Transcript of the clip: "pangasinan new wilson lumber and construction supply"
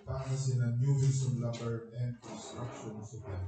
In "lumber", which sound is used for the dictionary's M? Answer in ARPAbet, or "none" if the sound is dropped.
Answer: none